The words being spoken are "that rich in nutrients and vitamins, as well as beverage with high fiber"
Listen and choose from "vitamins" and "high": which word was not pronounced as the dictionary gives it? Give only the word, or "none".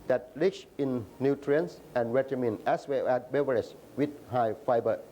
vitamins